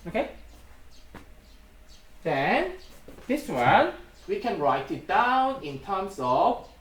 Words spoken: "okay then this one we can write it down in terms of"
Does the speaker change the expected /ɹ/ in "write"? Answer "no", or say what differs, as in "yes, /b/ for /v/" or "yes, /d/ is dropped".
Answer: no